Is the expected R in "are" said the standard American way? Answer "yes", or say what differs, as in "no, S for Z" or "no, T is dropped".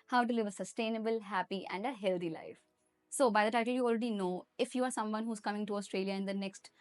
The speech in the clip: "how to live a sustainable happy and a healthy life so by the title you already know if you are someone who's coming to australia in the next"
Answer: yes